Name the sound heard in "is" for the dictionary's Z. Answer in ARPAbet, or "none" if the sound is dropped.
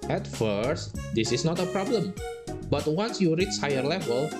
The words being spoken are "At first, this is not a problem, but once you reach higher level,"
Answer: S